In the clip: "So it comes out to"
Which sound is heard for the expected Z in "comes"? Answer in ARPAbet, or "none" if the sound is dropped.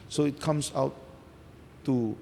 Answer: S